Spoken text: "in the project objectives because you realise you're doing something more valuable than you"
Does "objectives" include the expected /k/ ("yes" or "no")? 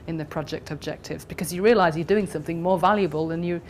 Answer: yes